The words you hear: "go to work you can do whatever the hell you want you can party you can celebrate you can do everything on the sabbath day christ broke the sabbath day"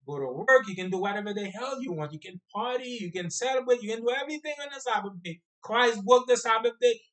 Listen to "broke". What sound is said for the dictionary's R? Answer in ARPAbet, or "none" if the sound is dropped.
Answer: none